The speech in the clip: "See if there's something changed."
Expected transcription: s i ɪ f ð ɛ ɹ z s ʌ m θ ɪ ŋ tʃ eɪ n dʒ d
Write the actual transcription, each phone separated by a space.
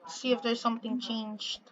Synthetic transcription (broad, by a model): s i ɪ f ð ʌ ɹ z s ʌ m θ ɪ ŋ tʃ eɪ n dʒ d